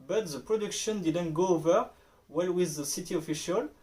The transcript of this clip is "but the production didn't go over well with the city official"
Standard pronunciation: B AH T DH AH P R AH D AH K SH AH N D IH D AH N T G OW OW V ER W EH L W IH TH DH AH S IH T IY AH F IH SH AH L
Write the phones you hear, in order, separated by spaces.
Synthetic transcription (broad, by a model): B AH T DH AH P R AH D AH K SH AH N D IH D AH N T G OW OW V ER W EH L W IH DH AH S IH T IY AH F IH SH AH L